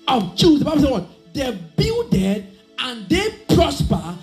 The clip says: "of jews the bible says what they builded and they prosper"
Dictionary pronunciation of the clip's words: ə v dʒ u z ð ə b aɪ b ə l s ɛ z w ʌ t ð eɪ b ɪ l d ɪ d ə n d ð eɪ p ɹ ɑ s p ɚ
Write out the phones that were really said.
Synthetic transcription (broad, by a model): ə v dʒ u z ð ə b aɪ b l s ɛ w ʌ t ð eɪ b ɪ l d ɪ d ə n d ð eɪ p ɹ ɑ s p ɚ